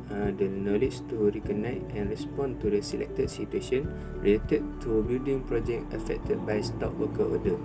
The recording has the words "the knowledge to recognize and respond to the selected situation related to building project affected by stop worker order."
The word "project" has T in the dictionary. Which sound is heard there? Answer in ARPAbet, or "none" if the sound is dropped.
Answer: none